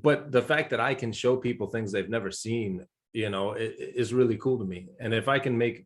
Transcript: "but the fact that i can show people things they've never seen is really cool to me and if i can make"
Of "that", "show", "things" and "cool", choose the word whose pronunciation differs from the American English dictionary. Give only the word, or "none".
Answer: none